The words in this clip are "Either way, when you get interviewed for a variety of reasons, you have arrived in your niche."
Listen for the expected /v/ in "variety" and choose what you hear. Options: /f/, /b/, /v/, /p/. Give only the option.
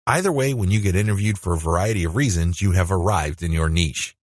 /v/